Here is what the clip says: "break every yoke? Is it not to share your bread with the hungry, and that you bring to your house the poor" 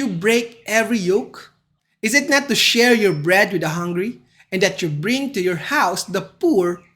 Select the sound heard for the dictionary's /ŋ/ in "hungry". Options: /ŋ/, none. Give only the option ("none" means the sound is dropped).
/ŋ/